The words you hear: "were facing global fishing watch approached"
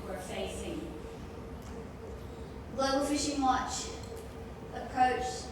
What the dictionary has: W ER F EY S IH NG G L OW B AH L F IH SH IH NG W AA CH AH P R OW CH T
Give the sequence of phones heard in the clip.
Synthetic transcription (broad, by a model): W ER F EY S IH NG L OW AH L F IH SH IH NG W AA CH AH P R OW CH